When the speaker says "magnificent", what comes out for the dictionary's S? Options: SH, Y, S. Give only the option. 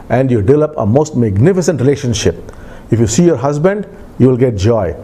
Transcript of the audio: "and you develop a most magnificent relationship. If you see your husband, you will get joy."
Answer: S